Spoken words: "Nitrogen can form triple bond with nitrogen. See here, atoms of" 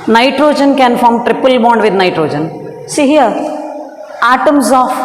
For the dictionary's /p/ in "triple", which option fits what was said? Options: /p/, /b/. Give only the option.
/p/